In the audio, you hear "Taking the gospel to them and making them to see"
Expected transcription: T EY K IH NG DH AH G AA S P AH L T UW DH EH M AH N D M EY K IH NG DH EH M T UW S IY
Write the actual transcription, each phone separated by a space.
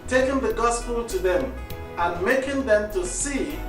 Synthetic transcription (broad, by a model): T EY K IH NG DH AH G AA S P AH L T UW DH EH M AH N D M EY K IH NG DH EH M T UW S IY